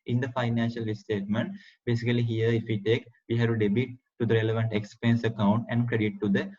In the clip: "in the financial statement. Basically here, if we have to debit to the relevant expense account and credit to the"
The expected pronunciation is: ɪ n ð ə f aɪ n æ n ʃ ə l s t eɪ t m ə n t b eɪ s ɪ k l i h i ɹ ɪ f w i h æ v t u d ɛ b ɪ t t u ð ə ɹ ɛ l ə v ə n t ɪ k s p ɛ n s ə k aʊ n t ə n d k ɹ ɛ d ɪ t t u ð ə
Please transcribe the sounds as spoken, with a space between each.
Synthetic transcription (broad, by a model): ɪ n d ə f aɪ n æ n ʃ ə l s t eɪ t m ə n t b eɪ s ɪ k l i h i ɹ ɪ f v i h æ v t u d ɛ b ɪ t t u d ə ɹ ɛ l ə v ə n t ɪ k s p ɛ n s ə k aʊ n t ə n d k ɹ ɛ d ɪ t t u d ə